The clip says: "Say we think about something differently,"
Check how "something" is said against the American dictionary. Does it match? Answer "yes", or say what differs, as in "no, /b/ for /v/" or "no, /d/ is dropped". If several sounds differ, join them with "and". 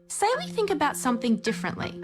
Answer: yes